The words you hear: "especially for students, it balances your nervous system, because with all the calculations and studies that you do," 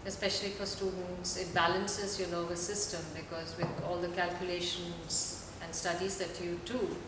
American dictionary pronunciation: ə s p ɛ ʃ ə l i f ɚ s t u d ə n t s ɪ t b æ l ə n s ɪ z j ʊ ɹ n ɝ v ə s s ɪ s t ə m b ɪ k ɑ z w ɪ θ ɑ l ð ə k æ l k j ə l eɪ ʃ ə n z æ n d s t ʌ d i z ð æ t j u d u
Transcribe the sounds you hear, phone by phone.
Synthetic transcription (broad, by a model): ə s p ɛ ʃ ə l i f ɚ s t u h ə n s ɪ t b æ l ə n s ɪ z j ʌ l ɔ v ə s s ɪ s t ə m b ɪ k ɑ z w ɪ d ɑ l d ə k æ l k j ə l eɪ ʃ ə n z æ n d s t ʌ d i z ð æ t j u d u